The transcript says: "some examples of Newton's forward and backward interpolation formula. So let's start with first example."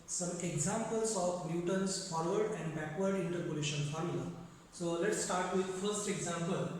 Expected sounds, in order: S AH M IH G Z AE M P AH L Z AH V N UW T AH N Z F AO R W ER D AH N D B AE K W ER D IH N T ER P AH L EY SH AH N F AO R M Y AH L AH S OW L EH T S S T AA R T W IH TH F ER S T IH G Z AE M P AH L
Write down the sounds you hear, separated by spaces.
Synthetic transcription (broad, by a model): S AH M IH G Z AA M P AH L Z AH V N UW T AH N S F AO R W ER D AH N D B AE K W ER D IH N T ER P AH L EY SH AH N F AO R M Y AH L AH S OW L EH T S S T AA R T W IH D F ER S T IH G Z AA M P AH L